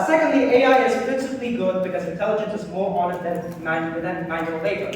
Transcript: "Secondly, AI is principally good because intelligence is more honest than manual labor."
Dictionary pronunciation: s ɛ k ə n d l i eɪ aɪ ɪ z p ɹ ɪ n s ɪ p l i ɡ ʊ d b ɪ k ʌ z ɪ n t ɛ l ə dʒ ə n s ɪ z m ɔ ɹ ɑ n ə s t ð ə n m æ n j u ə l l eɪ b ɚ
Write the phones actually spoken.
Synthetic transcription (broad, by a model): s ɛ k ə n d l i eɪ aɪ ɪ z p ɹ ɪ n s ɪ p l i ɡ ʊ d b ɪ k ʌ z ɪ n t ɛ l ə dʒ ə n s ɪ z m ɔ ɹ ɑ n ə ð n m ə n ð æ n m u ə n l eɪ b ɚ